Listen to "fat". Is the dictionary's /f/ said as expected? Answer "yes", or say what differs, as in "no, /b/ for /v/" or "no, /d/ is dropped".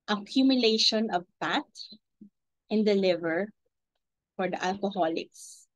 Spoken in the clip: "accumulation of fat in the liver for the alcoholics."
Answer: no, /p/ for /f/